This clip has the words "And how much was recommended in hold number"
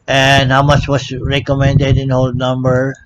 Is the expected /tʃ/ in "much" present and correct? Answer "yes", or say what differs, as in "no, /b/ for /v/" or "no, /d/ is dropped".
yes